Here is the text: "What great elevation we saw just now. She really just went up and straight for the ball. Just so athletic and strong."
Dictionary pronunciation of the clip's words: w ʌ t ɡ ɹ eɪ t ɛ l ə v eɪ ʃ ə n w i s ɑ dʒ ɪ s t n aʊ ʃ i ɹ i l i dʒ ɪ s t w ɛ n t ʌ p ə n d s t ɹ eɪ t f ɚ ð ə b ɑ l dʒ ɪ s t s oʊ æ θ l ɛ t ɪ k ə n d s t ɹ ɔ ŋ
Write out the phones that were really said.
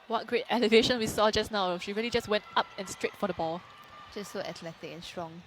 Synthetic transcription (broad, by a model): w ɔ t ɡ ɹ eɪ t ɛ l ə v eɪ ʃ ə n w i s ɑ dʒ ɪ s n aʊ ʃ i ɹ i l i dʒ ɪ s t w ɛ n t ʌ p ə n s t ɹ eɪ t f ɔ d ə b ɑ l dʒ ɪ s s oʊ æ t l ɛ t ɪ k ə n s t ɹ ɔ ŋ